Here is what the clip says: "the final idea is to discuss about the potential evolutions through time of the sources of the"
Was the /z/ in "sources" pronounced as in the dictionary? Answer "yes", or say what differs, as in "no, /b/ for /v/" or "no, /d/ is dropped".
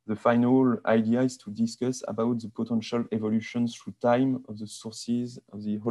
yes